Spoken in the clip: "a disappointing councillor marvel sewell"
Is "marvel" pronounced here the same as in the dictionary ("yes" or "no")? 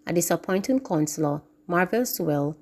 yes